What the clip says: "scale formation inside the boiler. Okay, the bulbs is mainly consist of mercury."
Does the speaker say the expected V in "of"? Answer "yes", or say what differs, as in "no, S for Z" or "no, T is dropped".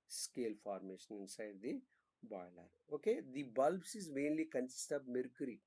no, B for V